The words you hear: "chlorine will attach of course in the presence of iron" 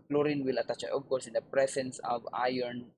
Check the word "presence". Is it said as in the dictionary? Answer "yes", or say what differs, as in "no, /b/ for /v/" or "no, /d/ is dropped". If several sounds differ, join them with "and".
no, /s/ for /z/